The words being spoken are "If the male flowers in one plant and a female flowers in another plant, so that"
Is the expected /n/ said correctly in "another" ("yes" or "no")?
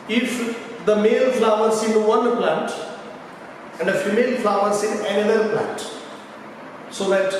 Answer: no